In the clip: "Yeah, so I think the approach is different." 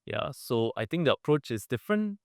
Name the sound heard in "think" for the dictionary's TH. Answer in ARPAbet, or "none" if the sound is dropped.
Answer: T